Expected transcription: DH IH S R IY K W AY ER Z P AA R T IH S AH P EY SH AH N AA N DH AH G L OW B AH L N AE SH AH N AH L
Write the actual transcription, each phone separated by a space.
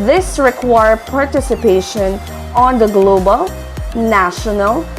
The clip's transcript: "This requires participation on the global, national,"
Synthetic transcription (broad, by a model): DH IH S R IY K W AY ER P AA R T IH S AH P EY SH AH N AA N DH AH G L OW B AH L N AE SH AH N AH L